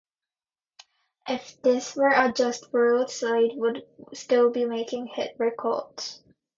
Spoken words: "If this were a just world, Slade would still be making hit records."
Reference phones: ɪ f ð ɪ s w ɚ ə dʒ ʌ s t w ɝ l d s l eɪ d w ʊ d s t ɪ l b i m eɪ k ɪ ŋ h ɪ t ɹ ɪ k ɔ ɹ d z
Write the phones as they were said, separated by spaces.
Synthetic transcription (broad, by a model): ɪ f ð ɪ s w ɚ ə dʒ ʌ s t w ɝ l d s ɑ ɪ d w ʊ d s t ɪ l b i m eɪ k ɪ ŋ h ɪ t ɹ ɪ k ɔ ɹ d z